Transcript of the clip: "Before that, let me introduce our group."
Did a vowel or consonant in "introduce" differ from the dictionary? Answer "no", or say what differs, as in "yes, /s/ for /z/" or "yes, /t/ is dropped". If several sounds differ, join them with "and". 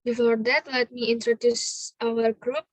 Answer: no